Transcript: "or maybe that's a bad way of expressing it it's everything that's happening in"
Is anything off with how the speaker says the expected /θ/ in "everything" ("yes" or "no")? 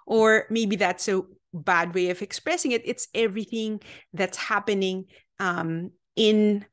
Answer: no